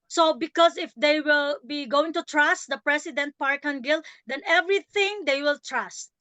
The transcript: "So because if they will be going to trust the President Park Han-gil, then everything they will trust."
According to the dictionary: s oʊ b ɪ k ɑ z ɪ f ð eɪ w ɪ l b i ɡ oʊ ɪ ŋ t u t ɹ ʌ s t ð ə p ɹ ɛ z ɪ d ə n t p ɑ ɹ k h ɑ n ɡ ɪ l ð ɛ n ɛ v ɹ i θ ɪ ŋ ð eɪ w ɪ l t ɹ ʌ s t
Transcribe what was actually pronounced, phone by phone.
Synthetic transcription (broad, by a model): s oʊ b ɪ k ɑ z ɪ f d eɪ w ɪ l b i ɡ oʊ ɪ ŋ t u t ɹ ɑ s t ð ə p ɹ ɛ s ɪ d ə n t p ɑ ɹ k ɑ n ɡ ɪ l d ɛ n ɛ v ɹ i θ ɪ ŋ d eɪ w ɪ l t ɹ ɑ s t